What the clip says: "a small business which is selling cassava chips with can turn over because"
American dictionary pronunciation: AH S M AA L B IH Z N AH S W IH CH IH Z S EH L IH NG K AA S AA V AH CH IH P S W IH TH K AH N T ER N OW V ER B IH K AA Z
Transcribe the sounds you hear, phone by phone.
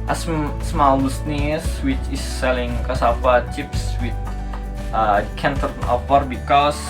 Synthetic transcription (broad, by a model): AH S M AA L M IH S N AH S W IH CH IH S EH L IH NG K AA S AA P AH CH IH P S W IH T K AH N T ER N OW P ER B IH K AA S